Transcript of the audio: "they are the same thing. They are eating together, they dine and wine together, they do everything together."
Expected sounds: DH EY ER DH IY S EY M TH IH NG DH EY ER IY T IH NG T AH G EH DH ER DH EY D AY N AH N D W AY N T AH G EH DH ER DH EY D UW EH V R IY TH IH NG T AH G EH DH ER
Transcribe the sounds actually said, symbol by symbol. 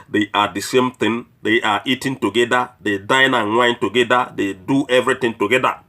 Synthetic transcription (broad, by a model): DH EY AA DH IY S EY M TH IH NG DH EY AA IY T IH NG T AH G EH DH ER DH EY D AY N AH N W AY N T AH G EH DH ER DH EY D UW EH V R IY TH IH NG T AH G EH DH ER